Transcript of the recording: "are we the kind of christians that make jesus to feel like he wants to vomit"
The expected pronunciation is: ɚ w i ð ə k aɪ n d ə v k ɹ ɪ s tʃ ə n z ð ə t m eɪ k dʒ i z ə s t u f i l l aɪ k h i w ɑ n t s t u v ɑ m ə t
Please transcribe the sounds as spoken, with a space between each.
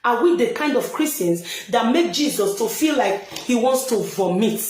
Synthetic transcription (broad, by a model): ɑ w i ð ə k aɪ n d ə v k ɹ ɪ s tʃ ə n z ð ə t m eɪ k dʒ i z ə s t u f i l l aɪ k h i w ɑ n t s t u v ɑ m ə t